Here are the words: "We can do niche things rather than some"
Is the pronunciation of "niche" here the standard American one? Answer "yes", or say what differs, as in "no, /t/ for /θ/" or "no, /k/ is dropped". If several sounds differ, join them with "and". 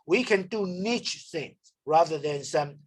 yes